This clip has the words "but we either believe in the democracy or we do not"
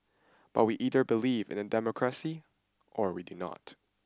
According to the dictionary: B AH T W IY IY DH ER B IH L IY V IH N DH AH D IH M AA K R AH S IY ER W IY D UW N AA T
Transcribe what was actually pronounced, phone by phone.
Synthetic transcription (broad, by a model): B AH T W IY IY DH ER B IH L IY V IH N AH D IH M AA K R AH S IY ER W IY D UW N AA T